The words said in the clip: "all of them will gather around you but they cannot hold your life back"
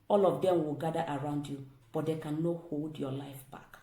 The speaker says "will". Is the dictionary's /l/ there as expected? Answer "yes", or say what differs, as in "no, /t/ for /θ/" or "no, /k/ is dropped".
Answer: yes